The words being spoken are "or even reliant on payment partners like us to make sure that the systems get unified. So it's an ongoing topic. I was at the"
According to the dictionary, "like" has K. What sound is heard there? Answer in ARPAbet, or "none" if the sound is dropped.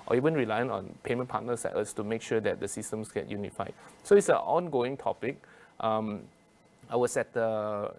none